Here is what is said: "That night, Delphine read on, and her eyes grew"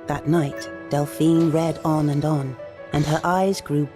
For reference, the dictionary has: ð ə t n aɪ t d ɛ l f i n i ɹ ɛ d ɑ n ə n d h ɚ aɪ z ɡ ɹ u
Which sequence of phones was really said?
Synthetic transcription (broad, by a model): ð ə t n aɪ t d ɛ l f i n ɹ ɛ d n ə n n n ɚ aɪ z ɡ ɹ u